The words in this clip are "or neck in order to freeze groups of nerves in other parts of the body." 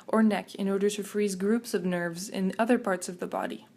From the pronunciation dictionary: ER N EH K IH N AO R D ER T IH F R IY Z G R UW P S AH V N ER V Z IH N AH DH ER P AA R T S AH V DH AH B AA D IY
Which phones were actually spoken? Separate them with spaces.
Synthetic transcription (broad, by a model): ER N EH K IH N AO R D ER T IH F R IY Z G R UW P S AH V N ER V Z IH N AH DH ER P AA R T S AH V DH AH B AA D IY